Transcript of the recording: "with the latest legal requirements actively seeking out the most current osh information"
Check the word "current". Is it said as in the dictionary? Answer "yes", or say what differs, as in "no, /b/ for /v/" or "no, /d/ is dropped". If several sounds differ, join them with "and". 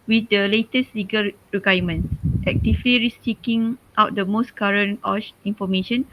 no, /t/ is dropped